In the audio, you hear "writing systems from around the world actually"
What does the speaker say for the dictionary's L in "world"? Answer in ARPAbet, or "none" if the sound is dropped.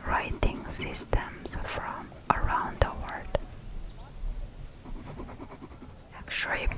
none